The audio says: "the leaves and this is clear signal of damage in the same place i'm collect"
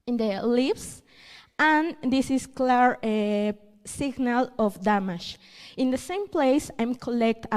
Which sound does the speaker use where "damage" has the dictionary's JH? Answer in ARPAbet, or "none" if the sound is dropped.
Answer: SH